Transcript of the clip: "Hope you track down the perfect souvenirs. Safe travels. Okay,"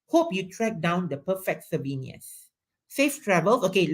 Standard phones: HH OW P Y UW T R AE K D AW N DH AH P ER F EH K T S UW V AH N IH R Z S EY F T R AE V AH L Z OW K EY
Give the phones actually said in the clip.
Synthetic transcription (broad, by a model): HH OW P Y UW T R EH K D AW N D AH P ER F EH K T S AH B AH N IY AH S S EY F T R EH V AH L S OW K EY